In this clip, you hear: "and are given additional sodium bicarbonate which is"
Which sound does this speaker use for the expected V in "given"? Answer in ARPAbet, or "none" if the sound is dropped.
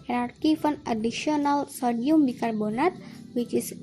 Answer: F